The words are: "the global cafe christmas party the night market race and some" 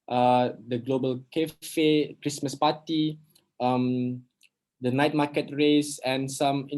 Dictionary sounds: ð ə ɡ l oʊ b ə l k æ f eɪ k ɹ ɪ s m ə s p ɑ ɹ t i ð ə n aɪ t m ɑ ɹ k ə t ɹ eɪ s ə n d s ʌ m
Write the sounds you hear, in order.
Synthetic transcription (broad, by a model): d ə ɡ l oʊ b ə l k æ f eɪ k ɹ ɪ s m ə s p ɑ t i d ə n aɪ t m ɑ k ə t ɹ eɪ s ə n s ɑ m